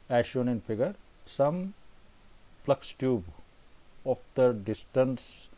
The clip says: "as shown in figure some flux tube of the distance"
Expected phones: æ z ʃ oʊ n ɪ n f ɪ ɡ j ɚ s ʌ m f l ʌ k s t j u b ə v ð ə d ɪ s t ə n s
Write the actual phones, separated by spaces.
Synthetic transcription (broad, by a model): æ ʃ oʊ n ɪ n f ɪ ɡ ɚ s ʌ m p l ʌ k s t j u b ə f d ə d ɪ s t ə n s